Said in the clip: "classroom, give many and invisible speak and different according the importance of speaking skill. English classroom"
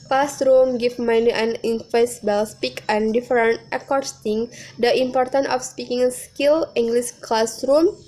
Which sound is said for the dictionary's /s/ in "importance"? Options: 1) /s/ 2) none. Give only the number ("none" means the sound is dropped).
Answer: 2